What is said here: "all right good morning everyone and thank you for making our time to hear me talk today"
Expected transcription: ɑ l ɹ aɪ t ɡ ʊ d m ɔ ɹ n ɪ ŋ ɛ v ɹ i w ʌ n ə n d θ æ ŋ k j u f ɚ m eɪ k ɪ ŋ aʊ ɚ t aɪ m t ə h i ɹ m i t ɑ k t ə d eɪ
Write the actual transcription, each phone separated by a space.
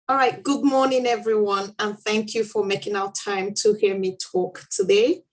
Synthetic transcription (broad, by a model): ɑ l ɹ aɪ t ɡ ʊ d m ɔ ɹ n ɪ ŋ ɛ v ɹ i w ʌ n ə n θ æ ŋ k j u f ɚ m eɪ k ɪ ŋ aʊ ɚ t aɪ m t ə h i ɹ m i t ɑ k t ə d eɪ